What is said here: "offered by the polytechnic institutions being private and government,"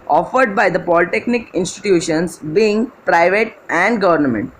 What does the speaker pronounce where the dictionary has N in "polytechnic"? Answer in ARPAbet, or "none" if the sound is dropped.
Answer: N